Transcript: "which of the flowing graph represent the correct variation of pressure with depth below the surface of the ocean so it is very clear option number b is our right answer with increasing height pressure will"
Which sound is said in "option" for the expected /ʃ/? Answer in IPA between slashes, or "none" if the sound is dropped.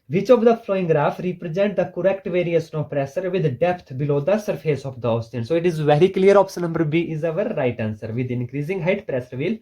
/s/